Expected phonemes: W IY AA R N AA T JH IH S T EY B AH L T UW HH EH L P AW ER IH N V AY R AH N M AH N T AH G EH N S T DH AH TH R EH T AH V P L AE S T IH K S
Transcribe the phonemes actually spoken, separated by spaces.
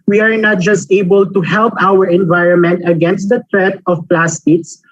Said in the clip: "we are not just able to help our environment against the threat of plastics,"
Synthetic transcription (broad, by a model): W IY AA R N AA T JH IH S T EY B AH L T UW HH EH L P AW ER IH N V AY R AH N M AH N T AH G EH N S T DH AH T R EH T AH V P L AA S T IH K S